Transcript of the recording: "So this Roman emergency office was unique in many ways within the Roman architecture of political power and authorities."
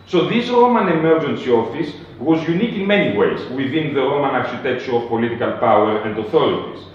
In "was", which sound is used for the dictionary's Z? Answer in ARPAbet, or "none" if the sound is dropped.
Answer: Z